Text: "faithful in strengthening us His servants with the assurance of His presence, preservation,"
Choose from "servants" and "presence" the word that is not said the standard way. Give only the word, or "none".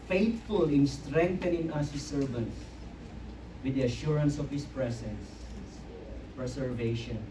presence